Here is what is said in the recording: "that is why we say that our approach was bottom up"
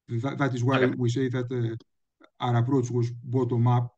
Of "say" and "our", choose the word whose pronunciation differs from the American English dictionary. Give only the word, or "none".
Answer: none